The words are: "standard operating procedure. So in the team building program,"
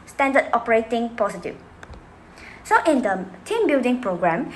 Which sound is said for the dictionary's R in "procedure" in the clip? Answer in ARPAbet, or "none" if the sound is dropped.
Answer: none